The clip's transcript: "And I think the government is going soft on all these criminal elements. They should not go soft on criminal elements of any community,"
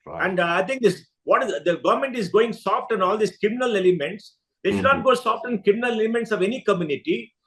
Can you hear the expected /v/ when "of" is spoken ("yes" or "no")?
yes